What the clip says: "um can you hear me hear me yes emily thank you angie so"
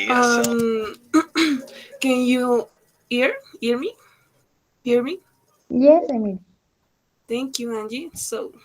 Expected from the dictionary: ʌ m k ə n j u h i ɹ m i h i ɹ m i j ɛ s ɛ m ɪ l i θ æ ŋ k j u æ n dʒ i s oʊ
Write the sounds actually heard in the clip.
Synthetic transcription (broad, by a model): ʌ m k ə n j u h i ɹ m i h i ɹ m i j ɛ s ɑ ɪ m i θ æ ŋ k j u æ n dʒ i s oʊ